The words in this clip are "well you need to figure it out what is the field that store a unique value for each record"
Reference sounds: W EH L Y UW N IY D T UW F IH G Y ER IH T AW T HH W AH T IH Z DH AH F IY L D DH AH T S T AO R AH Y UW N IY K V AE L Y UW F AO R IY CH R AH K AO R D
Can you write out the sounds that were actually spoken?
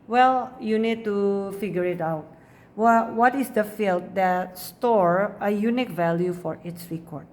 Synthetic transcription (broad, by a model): W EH L Y UW N IY D T UW F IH G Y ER IH T AW T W W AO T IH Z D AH F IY L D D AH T S T AO R AH Y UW N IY K V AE L Y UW F AO R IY S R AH K AO R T